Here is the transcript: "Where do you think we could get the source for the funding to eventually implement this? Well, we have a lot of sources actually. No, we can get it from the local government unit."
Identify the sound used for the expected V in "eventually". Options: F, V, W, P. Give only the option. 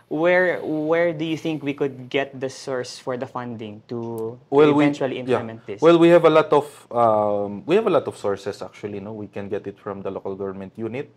W